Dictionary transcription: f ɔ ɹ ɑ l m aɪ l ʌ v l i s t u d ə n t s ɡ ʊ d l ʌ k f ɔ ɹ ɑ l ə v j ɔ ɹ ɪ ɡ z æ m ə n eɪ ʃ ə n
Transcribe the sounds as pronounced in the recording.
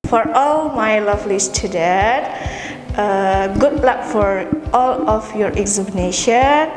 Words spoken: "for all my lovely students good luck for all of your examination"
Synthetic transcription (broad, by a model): f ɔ ɹ ɑ l m aɪ l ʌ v l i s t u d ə t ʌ ɡ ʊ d l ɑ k f ɔ ɹ ɑ l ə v j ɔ ɹ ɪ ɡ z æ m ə n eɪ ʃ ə n